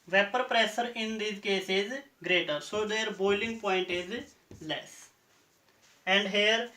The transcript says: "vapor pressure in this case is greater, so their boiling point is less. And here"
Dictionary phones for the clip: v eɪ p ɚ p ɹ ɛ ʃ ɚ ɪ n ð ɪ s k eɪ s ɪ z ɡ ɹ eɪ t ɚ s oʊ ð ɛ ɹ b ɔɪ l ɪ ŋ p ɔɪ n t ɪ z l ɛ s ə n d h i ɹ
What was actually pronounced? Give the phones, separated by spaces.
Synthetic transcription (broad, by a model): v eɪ p ɚ p ɹ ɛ s ɚ ɪ n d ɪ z k eɪ s ɪ z ɡ ɹ eɪ t ɚ s oʊ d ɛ ɹ b ɔɪ l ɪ ŋ p ɔɪ n t ɪ z l ɛ s ə n d h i ɹ